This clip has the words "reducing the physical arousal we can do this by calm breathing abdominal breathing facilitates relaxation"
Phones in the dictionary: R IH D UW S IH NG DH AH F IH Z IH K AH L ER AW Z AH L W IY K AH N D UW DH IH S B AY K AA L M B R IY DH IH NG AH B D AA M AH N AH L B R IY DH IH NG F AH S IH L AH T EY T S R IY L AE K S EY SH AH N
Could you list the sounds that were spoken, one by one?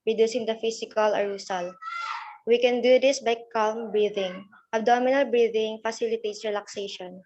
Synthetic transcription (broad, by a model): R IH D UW S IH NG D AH F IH S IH K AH L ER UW S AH L W IY K AH N D UW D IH S B AY K AA L M B R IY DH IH NG AH B D AA M AH N AH L B R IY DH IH NG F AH S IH L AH T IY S R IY L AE K S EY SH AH N